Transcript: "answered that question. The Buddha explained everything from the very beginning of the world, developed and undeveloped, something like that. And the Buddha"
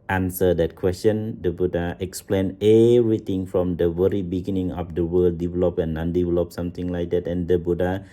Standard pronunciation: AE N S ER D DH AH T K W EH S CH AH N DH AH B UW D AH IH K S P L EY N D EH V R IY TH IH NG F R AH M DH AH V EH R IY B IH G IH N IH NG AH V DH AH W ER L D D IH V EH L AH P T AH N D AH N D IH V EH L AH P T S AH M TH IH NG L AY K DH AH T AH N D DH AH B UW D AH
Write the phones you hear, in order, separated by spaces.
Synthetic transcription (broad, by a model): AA N S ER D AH T K W EH S CH AH N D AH B UW D AH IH K S P L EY N EH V R IY T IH NG F R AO M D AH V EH R IY B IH G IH N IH NG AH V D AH W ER L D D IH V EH L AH P AH N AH N D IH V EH L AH P S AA M T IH NG L AY K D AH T AH N D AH B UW D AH